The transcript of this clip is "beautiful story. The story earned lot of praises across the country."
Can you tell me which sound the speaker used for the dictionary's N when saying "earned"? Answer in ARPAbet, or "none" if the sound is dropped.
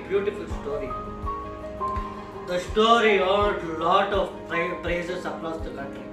L